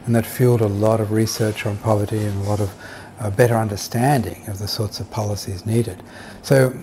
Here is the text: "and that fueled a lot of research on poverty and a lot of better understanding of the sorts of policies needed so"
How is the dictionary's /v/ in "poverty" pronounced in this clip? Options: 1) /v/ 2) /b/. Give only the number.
1